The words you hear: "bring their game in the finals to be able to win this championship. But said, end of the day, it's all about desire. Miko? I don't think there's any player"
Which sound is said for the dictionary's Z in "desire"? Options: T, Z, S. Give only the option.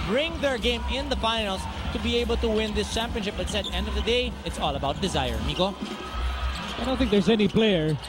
Z